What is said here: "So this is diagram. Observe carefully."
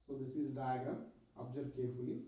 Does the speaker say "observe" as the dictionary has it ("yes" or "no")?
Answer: no